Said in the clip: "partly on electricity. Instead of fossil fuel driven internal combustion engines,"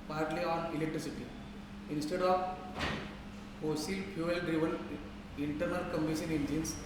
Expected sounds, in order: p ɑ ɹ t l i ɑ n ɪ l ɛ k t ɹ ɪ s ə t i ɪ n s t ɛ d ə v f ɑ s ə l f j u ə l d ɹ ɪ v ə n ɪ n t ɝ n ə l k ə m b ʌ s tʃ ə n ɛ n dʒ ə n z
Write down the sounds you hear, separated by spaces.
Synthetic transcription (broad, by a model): p ɑ ɹ t l i ɑ n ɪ l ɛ k t ɹ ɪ s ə t i ɪ n s t ɛ d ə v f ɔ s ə l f j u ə l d ɹ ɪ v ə n ɪ n t ɝ n ə l k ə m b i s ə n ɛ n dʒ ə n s